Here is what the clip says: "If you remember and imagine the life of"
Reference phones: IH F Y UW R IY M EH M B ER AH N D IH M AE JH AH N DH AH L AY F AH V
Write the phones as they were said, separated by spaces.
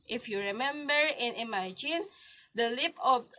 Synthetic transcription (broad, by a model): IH F Y UW R IY M EH M B ER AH N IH M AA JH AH N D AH L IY P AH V